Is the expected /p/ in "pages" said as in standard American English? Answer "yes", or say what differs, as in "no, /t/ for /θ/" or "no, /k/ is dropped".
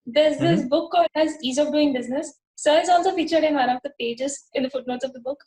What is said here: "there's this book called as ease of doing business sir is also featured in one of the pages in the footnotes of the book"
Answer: yes